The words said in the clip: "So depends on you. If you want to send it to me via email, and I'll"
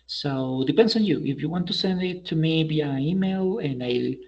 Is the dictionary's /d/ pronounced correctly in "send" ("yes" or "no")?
yes